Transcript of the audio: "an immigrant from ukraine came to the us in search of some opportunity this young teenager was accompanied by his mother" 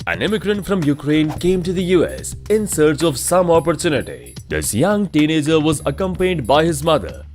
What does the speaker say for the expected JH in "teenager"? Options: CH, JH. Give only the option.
JH